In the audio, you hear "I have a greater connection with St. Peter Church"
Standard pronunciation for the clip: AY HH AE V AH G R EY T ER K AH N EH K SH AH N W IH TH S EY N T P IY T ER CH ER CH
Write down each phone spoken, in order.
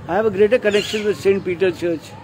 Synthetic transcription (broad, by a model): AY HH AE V AH G R EY T ER K AH N EH K SH AH N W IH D S EY N T P IY T ER CH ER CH